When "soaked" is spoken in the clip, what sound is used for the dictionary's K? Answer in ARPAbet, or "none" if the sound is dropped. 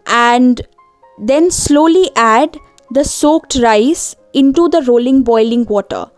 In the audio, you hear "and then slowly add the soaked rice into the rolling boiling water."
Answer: K